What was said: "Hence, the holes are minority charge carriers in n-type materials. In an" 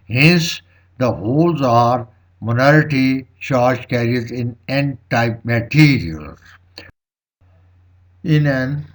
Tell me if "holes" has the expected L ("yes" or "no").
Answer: yes